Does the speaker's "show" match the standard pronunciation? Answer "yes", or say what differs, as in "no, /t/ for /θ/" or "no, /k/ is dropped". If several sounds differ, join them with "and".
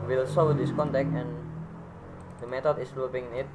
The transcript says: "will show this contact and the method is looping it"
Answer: no, /s/ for /ʃ/